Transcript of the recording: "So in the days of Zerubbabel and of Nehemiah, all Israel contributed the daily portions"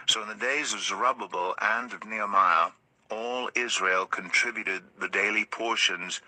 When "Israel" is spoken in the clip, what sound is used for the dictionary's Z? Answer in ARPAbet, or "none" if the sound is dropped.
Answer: Z